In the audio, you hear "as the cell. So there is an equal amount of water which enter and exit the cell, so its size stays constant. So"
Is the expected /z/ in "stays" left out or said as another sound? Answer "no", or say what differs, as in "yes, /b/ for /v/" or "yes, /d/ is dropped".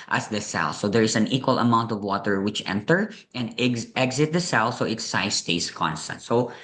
yes, /s/ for /z/